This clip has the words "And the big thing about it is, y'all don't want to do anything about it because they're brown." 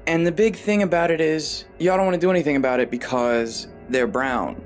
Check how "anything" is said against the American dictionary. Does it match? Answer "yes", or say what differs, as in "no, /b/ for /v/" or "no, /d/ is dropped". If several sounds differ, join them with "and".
yes